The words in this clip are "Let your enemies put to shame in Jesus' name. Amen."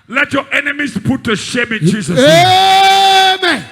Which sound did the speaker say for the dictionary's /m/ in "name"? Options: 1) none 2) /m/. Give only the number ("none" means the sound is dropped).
1